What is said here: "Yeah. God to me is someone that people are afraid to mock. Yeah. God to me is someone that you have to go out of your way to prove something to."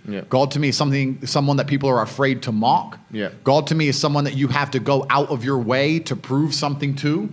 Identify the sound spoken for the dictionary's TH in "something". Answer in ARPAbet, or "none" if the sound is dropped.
TH